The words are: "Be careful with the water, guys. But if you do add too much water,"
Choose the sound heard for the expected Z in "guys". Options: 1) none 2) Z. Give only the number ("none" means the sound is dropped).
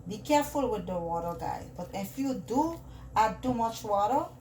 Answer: 1